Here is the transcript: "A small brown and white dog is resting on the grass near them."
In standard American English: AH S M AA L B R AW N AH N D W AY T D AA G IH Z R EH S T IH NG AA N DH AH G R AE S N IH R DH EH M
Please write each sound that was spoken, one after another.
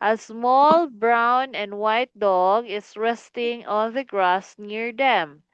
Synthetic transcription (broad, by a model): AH S M AA L B R AW N AH N D W AY T D AA G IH S R EH S T IH NG AA N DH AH G R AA S N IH R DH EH M